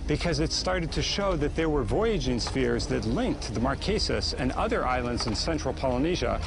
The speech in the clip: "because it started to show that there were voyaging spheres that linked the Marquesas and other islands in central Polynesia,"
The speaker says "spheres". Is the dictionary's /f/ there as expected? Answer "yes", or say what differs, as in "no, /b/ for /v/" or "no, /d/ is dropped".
yes